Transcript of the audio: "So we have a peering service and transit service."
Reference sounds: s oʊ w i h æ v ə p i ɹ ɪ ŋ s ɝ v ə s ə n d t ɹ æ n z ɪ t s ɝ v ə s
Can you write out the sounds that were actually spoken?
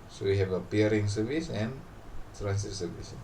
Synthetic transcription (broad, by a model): s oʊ w i h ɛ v ə p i ɹ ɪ ŋ s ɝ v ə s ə n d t ɹ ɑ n s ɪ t s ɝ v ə s